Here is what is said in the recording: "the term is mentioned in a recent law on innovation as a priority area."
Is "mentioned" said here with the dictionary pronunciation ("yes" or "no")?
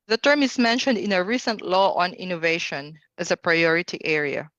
yes